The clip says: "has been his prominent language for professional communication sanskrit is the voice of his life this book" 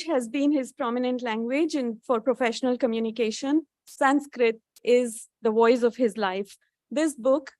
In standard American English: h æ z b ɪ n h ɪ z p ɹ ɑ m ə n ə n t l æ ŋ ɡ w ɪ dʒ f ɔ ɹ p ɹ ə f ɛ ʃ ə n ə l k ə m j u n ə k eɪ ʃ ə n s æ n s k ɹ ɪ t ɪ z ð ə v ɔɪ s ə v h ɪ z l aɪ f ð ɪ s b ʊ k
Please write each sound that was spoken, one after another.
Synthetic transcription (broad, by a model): h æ z b ɪ n h ɪ z p ɹ ɑ m ə n ə n t l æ ŋ ɡ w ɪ dʒ f ɔ ɹ p ɹ ə f ɛ ʃ ə n ə l k ə m j u n ə k eɪ ʃ ə n s æ n s k ɹ ɪ t ɪ z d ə v ɔɪ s ə v h ɪ z l aɪ f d ɪ s b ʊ k